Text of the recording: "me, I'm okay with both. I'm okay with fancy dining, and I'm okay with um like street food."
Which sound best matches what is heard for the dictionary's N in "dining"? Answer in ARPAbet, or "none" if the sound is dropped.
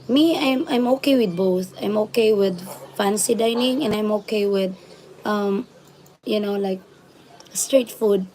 N